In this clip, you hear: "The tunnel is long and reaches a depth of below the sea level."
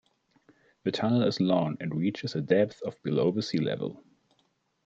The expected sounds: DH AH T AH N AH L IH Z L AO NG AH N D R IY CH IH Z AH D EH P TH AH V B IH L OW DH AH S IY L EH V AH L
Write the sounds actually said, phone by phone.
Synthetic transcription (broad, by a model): DH AH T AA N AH L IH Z L AO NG AH N D R IY CH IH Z AH D EH P TH AH V B IH L OW DH AH S IY L EH V AH L